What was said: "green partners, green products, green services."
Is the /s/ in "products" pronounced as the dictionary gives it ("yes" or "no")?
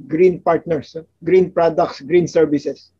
yes